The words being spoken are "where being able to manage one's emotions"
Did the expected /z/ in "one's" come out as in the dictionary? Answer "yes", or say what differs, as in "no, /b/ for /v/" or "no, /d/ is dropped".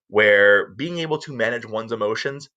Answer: yes